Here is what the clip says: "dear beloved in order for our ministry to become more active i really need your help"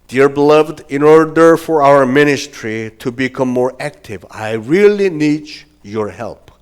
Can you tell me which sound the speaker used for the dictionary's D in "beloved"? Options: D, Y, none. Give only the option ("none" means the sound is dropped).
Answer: D